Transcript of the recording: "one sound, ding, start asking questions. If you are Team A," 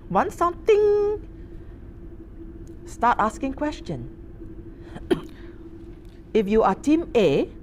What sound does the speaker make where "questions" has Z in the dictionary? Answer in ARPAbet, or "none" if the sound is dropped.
none